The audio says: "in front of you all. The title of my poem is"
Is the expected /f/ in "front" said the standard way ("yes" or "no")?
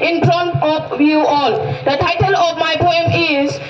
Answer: no